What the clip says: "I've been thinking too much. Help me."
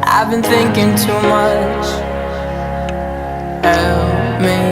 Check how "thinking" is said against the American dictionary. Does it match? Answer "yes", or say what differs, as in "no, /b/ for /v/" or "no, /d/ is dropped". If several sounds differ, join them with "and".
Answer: yes